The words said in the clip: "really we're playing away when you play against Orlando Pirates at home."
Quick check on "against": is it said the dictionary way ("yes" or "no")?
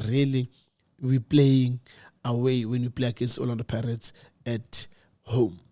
no